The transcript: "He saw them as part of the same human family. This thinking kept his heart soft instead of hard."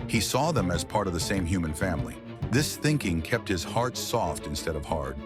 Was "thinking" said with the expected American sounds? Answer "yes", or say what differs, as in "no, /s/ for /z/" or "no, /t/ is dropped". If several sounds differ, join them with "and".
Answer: yes